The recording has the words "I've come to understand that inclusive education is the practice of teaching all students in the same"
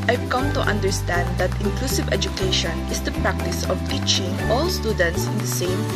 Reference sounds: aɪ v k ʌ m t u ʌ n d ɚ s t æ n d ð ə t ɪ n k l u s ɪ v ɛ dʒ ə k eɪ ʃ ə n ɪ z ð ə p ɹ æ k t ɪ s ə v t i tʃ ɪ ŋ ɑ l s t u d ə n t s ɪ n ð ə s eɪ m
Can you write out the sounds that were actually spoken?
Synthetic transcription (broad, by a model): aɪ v k ʌ m t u ʌ n d ɚ s t æ n d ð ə t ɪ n k l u s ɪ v ɛ dʒ ə k eɪ ʃ ə n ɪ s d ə p ɹ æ k t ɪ s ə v t i tʃ ɪ ŋ ɑ l s t u d ə n t s ɪ n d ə s eɪ m